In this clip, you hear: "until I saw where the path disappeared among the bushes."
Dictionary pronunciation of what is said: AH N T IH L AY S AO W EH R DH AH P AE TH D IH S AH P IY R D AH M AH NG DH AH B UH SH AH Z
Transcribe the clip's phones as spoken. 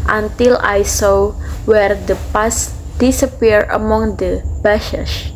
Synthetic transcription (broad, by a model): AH N T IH L AY S AO W EH R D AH P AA S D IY S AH P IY R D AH M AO NG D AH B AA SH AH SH